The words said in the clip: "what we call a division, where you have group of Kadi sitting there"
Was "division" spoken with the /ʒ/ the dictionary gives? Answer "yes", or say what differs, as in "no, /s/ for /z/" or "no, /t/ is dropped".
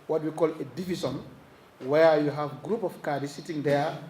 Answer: no, /s/ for /ʒ/